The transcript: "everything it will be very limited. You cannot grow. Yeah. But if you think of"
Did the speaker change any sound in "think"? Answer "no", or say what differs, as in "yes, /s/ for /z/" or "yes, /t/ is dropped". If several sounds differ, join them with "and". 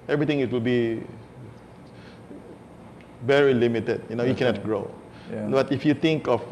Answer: yes, /t/ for /θ/